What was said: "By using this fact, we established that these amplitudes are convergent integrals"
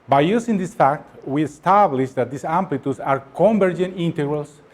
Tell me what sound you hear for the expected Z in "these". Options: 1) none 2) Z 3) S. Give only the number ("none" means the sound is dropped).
3